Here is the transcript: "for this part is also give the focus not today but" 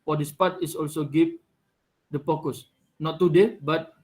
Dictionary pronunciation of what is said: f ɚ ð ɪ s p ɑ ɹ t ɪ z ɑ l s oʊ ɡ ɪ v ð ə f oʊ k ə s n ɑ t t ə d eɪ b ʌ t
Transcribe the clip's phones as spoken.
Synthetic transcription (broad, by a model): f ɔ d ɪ s p ɑ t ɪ s ɑ l s oʊ ɡ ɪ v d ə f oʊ k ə s n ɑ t t ə d eɪ b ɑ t